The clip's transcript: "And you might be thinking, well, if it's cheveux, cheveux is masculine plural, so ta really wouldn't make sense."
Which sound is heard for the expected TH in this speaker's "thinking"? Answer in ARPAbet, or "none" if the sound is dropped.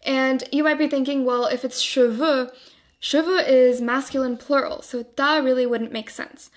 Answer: TH